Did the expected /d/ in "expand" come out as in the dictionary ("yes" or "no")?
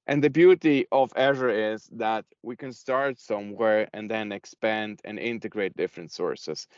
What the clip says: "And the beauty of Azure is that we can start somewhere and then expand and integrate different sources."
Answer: yes